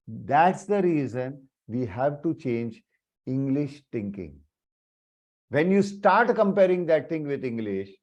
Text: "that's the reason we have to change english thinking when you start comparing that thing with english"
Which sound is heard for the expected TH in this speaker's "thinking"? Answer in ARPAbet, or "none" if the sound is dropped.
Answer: T